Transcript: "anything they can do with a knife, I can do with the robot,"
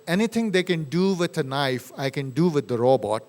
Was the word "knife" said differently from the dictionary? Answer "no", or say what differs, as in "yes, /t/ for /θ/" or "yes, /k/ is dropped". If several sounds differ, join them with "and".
no